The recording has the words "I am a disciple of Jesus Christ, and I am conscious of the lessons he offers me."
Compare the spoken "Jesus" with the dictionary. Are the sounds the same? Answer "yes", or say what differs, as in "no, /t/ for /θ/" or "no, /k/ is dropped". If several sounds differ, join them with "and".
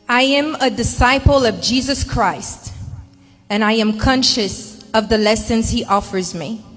yes